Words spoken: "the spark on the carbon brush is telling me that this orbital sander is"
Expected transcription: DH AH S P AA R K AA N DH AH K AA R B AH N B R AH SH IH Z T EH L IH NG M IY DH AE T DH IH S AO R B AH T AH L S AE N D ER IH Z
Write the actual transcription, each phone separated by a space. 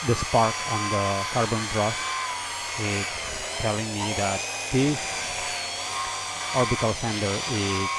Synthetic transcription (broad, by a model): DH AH S P AA R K AA N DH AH K AA R B AH N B R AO S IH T T EH L IH NG M IY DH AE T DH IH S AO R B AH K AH L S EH N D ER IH